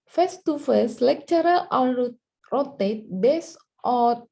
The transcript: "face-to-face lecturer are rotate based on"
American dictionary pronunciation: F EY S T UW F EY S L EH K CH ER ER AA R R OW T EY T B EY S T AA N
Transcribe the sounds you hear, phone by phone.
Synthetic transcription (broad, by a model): F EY S T UW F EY S L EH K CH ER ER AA L R OW T EY T B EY S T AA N